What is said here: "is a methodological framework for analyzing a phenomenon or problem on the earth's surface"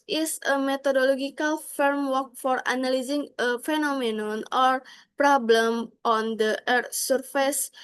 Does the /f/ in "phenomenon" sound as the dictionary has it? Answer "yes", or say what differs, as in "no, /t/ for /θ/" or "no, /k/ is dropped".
yes